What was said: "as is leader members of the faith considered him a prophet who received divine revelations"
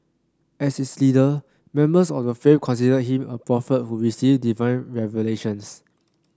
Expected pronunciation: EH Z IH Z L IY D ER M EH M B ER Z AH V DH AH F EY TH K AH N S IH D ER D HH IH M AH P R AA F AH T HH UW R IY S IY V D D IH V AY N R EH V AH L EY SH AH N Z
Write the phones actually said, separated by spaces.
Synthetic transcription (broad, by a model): EH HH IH S L IY D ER M EH M B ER S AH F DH AH F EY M K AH N S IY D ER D HH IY M AH P R AA F AH T HH UW R IY S IY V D D IH V AY N R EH V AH L EY SH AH N S